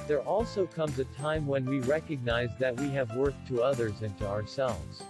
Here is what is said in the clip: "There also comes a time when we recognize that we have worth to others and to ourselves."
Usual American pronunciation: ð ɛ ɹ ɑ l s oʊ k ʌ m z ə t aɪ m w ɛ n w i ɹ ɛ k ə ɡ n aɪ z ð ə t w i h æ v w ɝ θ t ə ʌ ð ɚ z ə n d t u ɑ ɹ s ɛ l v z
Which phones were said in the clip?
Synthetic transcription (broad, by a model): ð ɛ ɹ ɑ l s oʊ k ʌ m z ə t aɪ m w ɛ n w i ɹ ɛ k ə ɡ n aɪ z ð ə t w i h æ v w ɝ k t ə ʌ ð ɚ z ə n t u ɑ ɹ s ɛ l v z